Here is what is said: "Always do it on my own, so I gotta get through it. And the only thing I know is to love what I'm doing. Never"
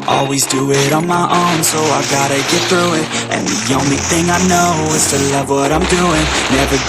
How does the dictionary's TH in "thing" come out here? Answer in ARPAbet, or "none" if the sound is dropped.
TH